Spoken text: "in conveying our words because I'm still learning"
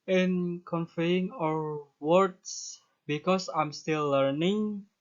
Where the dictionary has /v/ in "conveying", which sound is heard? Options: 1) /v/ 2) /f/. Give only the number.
2